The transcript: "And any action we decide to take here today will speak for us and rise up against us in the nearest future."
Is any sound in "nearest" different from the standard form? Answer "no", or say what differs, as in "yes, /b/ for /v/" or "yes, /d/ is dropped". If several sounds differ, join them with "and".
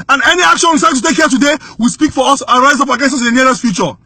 yes, /l/ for /ɹ/